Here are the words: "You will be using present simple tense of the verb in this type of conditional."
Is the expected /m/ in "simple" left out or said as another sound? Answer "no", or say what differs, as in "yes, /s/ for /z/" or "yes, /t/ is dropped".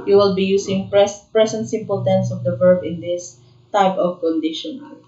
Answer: no